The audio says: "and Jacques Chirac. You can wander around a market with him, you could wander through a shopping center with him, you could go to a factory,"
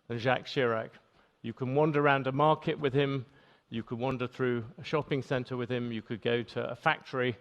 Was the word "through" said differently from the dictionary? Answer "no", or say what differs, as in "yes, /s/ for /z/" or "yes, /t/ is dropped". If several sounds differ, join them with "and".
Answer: no